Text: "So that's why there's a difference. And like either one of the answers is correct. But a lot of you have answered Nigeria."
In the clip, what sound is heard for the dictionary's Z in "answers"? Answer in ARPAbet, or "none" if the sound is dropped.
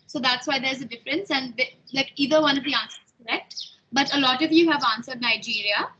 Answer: none